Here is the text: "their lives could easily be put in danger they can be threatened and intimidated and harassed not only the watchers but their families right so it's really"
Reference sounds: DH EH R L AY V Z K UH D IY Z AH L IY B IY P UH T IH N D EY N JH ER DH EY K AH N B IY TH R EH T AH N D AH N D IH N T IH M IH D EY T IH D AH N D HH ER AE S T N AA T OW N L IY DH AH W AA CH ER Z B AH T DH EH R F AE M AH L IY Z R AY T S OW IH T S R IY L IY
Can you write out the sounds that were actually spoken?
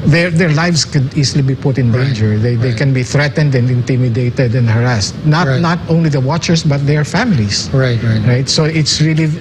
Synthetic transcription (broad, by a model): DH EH R L AY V S K UH D IY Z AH L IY B IY P UH T IH N D EY N JH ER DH EY K AH N B IY TH R EH T AH N D AH N D IH N T IH M IH D EY T IH D AH N D HH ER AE S T N AA T OW N L IY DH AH W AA CH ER S B AH T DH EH R F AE M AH L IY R R AY T S OW IH T S R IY L IY